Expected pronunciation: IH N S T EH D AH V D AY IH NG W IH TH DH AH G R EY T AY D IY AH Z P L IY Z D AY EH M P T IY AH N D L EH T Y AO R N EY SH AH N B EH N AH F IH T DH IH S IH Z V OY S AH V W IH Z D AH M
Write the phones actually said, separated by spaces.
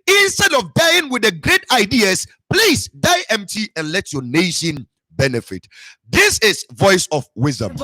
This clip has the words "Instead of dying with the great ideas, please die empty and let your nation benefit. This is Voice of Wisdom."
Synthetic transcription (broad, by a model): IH N S T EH D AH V D AY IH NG W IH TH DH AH G R EY T AY D IY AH S P L IY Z D AY EH M P T IY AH N L EH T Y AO N EY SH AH N B EH N AH F IH T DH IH S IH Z V OY S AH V W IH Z D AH M